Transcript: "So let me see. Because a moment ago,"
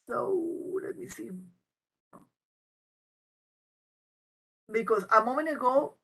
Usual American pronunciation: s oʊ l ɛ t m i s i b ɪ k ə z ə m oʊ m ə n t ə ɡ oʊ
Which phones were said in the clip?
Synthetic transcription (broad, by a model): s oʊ l ɛ t m i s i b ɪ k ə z ə m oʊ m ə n ə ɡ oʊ